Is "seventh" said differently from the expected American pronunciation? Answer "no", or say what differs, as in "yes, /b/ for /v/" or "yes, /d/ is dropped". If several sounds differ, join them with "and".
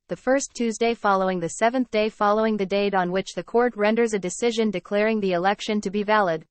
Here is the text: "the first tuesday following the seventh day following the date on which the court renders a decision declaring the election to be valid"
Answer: no